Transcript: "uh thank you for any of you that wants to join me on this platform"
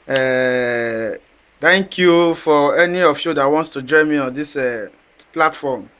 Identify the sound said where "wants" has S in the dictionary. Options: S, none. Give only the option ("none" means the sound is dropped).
S